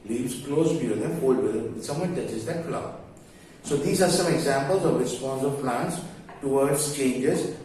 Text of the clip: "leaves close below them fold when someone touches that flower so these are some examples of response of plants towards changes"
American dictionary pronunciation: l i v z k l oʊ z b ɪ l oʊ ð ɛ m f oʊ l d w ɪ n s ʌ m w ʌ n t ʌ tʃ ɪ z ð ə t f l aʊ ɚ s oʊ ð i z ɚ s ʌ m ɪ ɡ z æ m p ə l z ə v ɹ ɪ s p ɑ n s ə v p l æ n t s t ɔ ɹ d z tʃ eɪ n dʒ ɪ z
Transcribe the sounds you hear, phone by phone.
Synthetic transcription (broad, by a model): l i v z k l oʊ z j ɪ oʊ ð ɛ f oʊ l d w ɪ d s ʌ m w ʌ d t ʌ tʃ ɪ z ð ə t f l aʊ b s oʊ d i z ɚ s ʌ m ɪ ɡ z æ m p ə l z ə v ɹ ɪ s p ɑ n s ə v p l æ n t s t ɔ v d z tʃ eɪ n dʒ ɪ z